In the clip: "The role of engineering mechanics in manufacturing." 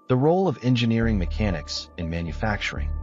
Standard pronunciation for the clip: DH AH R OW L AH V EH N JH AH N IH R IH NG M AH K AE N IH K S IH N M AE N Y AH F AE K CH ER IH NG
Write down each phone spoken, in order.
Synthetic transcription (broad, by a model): DH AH R OW L AH V EH N JH AH N IH R IH NG M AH K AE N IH K S IH N M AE N Y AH F AE K CH ER IH NG